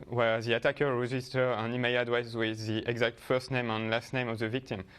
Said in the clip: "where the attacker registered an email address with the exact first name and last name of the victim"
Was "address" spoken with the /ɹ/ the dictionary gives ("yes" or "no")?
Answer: no